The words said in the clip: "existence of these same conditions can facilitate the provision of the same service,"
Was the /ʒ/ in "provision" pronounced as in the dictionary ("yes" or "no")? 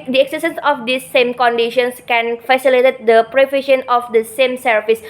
no